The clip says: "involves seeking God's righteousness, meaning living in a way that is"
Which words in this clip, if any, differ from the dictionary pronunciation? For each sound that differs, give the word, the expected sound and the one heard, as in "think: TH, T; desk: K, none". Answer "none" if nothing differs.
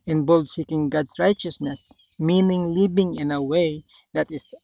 god's: Z, S; living: V, B